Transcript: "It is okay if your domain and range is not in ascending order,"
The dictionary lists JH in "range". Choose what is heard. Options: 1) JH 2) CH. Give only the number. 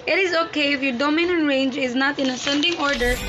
1